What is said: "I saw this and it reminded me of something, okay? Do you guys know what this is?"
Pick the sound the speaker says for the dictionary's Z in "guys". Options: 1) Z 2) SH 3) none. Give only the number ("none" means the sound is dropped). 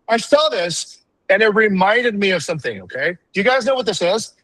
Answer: 1